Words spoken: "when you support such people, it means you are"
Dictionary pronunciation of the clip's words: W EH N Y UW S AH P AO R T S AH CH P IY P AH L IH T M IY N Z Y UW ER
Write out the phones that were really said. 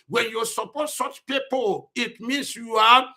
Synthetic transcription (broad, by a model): W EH N Y UW S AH P AO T S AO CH P IY P AH L IH T M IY N S Y UW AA